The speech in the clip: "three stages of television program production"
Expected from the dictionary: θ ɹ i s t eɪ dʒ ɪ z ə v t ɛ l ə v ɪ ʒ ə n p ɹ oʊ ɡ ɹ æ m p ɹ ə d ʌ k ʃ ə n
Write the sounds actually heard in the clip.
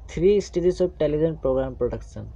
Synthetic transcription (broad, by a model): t ɹ i s t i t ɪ s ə b t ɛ l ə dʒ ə n p ɹ oʊ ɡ ɹ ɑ m p ɹ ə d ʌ k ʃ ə n